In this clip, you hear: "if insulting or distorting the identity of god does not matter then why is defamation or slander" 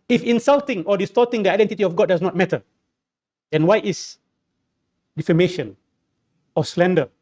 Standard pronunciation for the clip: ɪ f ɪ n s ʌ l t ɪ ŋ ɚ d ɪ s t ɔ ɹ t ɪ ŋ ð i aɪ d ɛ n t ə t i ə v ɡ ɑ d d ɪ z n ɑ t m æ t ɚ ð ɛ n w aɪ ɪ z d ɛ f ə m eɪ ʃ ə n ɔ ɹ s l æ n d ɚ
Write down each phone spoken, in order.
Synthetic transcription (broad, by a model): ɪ f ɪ n s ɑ l t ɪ ŋ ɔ d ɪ s t ɔ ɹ t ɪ ŋ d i aɪ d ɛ n t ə t i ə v ɡ ɑ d d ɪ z n ɑ t m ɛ t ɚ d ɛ n w aɪ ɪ s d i f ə m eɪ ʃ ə n ɔ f s l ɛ n d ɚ